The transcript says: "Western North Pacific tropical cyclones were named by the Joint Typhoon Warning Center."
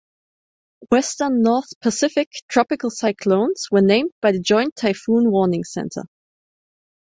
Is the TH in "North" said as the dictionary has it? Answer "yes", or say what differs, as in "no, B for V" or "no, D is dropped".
yes